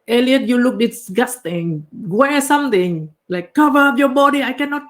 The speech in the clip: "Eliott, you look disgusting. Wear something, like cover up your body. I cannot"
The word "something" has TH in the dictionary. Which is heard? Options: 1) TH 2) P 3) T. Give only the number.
3